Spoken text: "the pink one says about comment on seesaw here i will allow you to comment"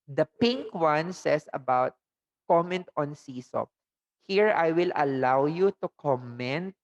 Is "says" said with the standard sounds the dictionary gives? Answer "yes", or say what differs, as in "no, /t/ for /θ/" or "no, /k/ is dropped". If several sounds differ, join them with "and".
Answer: no, /s/ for /z/